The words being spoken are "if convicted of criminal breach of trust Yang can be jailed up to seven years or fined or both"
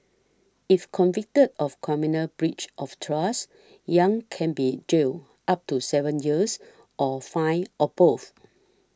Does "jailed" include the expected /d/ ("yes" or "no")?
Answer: no